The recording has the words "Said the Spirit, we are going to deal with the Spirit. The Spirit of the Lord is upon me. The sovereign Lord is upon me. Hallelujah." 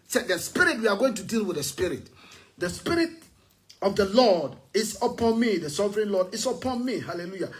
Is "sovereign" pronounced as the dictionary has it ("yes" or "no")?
yes